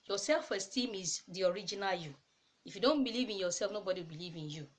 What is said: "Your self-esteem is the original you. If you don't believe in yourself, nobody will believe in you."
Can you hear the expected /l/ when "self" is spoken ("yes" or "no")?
yes